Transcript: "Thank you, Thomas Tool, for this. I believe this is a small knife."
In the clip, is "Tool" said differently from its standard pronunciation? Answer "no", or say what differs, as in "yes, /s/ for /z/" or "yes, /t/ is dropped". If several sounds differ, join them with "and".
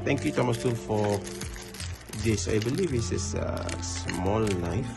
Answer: yes, /n/ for /l/